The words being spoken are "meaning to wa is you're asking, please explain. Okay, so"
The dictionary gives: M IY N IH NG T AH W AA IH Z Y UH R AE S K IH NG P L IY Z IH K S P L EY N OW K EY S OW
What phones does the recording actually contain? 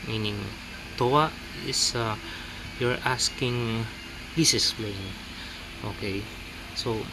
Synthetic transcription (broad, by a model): M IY N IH NG T AH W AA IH S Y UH R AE S K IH NG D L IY S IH S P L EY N OW K EY S OW